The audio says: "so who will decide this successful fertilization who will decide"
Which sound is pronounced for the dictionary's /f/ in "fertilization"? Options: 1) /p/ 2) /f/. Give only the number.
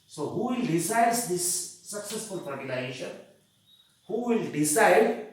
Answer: 1